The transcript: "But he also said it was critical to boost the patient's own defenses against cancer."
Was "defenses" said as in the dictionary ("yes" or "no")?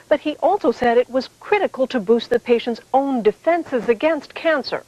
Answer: yes